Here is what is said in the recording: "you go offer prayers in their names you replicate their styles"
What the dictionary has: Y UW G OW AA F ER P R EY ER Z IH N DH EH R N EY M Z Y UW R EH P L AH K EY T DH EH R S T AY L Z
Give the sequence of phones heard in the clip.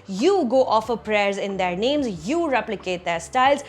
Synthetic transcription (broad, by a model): Y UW G OW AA F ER P R EY ER Z IH N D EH R N EY M Z Y UW R EH P L AH K EY T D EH R S T AY L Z